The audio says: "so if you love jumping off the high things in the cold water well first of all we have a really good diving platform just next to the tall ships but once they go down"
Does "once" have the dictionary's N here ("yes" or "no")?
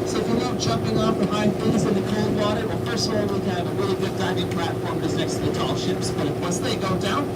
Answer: no